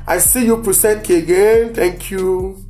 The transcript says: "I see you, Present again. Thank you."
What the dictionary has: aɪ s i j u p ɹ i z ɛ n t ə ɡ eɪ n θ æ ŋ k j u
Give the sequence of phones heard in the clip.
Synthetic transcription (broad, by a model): aɪ s i j u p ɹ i s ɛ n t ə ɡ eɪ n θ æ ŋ k j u